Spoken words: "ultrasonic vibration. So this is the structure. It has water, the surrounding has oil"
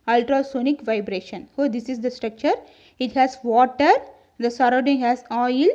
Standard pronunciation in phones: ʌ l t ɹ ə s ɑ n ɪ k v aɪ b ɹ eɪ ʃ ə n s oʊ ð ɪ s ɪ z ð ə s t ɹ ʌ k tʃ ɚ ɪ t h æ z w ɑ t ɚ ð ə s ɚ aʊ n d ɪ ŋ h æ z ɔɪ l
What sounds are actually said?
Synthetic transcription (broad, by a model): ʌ l t ɹ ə s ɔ n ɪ k v aɪ b ɹ eɪ ʃ ə n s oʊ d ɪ s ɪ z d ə s t ɹ ʌ k tʃ ɚ ɪ t h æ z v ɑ t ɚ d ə s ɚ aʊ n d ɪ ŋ h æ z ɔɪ l